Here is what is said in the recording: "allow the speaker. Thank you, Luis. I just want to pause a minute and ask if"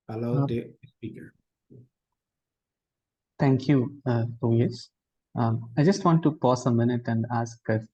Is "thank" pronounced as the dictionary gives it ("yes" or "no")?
no